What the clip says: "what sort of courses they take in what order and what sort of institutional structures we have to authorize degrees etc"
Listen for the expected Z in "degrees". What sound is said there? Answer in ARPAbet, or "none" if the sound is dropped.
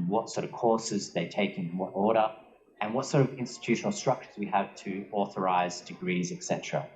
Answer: Z